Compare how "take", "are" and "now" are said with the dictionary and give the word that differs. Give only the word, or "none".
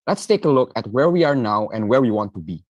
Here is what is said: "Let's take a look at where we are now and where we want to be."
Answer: none